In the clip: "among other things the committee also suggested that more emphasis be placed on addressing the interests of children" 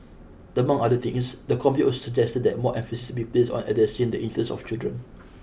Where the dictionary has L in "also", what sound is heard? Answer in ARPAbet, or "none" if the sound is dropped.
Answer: none